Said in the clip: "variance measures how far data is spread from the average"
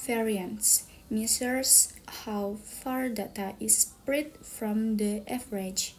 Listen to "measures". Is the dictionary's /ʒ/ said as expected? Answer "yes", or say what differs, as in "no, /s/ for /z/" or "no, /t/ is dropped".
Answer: no, /s/ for /ʒ/